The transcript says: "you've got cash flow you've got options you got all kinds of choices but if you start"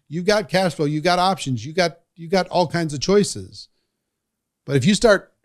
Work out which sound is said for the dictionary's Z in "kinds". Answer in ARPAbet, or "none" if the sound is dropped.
Z